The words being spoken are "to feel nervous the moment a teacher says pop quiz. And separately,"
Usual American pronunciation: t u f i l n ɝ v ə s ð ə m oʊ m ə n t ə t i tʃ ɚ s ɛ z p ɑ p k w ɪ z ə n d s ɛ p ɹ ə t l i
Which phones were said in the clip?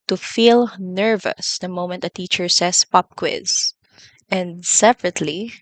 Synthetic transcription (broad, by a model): t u f i l n ɝ v ə s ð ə m oʊ m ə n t ə t i tʃ ɚ s ɛ s p ɑ p k w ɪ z ə n d s ɛ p ɹ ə t l i